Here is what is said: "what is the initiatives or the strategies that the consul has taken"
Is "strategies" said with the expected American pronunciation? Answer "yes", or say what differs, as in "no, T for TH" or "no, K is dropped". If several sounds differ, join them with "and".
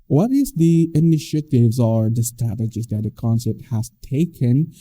no, R is dropped